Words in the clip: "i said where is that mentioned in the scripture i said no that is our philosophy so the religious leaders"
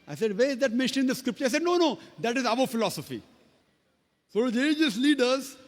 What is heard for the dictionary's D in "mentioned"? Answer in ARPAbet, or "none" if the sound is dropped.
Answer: none